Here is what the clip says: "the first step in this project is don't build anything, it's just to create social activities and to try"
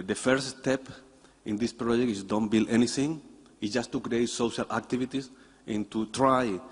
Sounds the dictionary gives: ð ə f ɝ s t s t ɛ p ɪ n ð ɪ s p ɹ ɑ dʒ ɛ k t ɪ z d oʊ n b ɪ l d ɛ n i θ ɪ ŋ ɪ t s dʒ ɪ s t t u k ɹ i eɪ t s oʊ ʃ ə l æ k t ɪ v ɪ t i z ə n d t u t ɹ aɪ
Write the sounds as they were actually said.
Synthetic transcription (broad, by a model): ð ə f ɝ t s t ɛ p ɪ n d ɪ s p ɹ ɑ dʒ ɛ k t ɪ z d oʊ n b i l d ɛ n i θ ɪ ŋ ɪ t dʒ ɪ s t t u k ɹ i eɪ t s oʊ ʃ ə l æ k t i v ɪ t i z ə n t u t ɹ aɪ